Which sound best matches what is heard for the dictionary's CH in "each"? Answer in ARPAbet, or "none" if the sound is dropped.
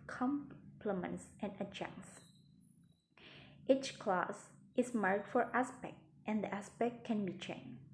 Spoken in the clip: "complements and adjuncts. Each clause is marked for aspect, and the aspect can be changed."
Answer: CH